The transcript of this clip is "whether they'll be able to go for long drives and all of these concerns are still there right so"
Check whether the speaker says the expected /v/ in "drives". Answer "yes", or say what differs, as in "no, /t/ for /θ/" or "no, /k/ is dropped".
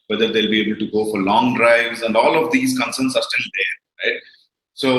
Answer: yes